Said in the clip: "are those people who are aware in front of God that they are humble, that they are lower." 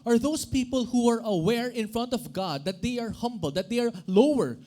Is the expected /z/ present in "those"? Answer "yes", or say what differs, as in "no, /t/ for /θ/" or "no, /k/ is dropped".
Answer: no, /s/ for /z/